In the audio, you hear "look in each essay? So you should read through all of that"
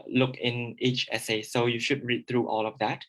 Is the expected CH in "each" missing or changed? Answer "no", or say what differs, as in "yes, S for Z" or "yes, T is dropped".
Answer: no